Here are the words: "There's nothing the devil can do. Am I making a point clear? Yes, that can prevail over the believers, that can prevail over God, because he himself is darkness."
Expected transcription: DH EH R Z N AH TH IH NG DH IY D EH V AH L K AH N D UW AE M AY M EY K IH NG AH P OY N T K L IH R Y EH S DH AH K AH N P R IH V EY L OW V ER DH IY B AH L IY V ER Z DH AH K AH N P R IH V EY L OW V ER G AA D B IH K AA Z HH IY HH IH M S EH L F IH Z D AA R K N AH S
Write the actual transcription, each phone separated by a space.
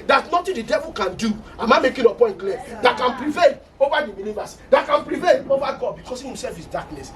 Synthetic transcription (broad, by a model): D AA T N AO T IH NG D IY D EH V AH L K AH N D UW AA M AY M EY K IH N AH P OY N T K L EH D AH K AH N P R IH V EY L OW V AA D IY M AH N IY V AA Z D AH K AH N P R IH V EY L OW V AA G AA D B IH K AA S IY HH IH M S EH L F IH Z D AA K N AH S